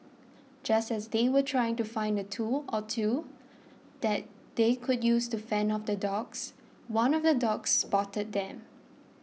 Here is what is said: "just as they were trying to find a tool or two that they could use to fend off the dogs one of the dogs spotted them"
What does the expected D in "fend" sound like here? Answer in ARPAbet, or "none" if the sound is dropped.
none